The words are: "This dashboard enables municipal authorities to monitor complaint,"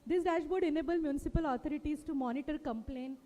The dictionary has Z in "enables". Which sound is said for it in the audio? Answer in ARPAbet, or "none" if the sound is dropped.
none